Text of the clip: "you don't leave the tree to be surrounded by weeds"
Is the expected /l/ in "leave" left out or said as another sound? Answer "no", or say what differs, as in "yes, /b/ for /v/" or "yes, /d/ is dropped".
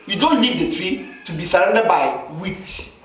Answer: yes, /n/ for /l/